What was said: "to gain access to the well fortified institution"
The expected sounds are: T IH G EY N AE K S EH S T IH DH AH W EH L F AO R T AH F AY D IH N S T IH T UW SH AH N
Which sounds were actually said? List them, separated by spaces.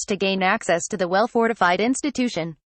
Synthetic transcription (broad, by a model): T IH G EY N AE K S EH S T IH DH AH W EH L F AO R T AH F AY D IH N S T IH T UW SH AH N